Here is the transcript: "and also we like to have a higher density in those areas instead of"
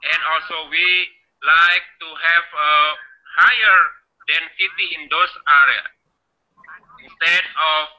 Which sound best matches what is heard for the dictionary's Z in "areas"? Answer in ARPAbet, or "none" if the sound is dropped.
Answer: none